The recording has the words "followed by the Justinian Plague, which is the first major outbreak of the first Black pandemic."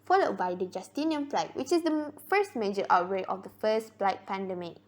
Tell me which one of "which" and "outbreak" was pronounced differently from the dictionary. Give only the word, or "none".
outbreak